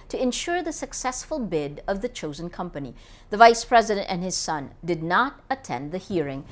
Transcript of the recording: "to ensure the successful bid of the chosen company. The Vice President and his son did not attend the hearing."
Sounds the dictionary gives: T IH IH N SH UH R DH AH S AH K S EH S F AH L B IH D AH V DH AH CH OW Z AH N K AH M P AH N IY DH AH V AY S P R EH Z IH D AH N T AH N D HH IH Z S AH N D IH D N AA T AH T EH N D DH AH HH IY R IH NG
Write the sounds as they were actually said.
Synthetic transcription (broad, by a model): T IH IH N SH UH R DH AH S AH K S EH S F AH L B IH D AH V DH AH CH OW Z AH N K AH M P AH N IY DH AH V AY S P R EH Z IH D AH N T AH N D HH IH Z S AH N D IH D N AA T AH T EH N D DH AH HH IY R IH NG